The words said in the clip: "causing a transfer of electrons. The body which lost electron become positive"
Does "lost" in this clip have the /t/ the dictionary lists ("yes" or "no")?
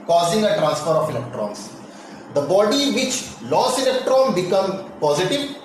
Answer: no